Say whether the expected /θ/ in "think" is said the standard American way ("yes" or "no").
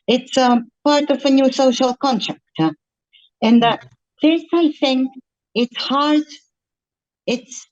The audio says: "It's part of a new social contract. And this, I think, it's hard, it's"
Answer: yes